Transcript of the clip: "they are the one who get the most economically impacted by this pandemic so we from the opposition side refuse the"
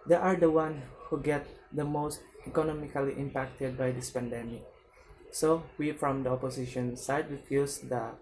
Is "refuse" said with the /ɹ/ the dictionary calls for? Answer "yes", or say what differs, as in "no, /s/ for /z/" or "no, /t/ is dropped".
no, /w/ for /ɹ/